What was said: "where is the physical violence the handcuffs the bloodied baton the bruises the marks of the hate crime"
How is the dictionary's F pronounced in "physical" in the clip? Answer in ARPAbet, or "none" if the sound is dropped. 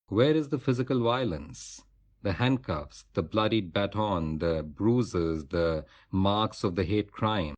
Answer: F